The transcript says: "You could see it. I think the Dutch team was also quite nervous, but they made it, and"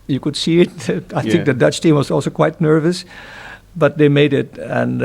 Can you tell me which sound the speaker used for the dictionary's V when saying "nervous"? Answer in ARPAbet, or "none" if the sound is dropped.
V